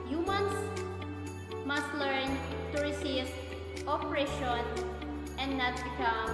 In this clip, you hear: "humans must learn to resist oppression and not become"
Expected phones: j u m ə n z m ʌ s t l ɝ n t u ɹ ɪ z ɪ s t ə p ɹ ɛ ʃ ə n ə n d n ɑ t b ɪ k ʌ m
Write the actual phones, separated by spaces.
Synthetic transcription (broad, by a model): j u m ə n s m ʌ s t l ɝ n t u ɹ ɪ s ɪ s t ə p ɹ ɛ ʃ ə n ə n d n ɑ t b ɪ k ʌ m